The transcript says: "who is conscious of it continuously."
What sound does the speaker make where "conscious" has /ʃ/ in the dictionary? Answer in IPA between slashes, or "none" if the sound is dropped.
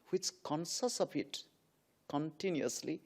/s/